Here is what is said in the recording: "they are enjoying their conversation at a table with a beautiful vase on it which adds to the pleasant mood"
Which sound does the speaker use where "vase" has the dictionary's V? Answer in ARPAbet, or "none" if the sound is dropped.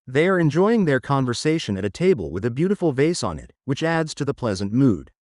V